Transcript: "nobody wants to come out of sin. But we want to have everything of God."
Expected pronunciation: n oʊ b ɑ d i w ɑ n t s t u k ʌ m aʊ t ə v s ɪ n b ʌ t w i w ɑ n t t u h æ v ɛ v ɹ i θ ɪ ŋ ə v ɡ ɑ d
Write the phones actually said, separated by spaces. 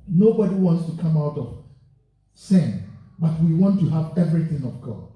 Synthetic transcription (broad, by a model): n oʊ b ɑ d i w ɑ n t s t u k ʌ m aʊ t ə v s ɪ n b ʌ t w i w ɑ n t t u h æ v ɛ v ɹ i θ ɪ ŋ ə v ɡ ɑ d